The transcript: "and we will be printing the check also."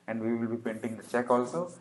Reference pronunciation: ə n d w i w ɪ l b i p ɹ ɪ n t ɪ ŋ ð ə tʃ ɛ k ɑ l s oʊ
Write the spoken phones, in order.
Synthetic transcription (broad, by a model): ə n d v i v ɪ l b i p ɛ n t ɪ ŋ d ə tʃ ɛ k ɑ l s oʊ